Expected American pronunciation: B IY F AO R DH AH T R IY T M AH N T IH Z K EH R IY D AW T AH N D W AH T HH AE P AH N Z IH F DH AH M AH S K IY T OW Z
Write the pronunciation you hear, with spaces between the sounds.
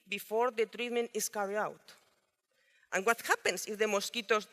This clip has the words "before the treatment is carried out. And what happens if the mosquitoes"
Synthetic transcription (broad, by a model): B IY F AO R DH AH T R IY T M AH N T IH S K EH R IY AW T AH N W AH T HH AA P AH N S IH F DH AH M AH S K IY T OW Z